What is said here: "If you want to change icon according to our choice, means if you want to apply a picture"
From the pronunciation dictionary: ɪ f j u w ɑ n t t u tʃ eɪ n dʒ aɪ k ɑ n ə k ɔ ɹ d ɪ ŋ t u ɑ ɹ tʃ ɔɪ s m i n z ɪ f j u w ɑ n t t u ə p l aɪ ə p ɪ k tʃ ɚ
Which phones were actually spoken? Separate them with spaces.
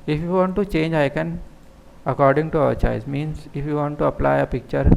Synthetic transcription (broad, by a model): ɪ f j u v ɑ n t t u tʃ eɪ n dʒ aɪ k ɑ n ə k ɔ ɹ d ɪ ŋ t u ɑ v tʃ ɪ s m i n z ɪ f j u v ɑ n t t u ə p l aɪ ə p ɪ k tʃ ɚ